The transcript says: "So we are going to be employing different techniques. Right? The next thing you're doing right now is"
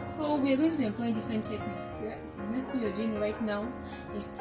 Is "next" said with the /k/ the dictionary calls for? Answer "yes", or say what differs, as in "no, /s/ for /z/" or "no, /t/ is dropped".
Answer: no, /k/ is dropped